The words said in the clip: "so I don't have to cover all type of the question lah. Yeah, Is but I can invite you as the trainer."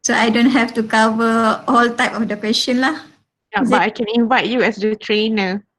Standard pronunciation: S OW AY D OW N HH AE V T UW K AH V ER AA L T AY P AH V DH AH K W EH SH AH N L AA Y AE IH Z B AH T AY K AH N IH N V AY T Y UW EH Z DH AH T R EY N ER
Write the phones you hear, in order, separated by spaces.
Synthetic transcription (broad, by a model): S OW AY D OW N HH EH F T UW K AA V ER AA L T AY P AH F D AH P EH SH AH N L AA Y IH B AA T AY K AH N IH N V AY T Y UW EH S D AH T R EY N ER